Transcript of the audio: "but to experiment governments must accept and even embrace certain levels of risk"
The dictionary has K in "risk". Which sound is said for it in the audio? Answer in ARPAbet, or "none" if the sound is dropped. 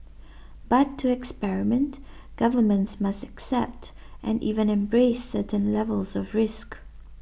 K